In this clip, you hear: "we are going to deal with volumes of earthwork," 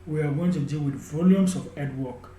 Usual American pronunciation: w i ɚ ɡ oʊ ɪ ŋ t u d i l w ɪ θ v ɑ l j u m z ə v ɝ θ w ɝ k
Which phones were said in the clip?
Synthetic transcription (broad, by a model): w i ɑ ɡ oʊ ɪ ŋ t u d i l w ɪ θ v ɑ l j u m s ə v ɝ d w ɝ k